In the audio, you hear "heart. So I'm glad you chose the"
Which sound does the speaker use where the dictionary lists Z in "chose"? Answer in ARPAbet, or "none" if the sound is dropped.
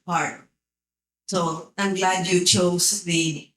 S